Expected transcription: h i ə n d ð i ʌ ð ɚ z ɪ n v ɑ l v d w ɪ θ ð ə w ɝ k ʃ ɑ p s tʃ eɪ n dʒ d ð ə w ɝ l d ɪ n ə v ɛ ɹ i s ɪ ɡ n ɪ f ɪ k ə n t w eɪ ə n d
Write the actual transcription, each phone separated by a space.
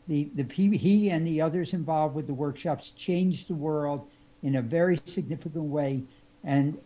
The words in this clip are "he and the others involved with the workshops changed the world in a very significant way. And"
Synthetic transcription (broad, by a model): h i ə n ð i ʌ ð ɚ z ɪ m v ɑ l v d w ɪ ð ə w ɝ k ʃ ɑ p s tʃ eɪ n dʒ ð ə w ɝ l d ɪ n ə v ɛ ɹ i s ɪ ɡ n ɪ f ɪ k ə n t w eɪ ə n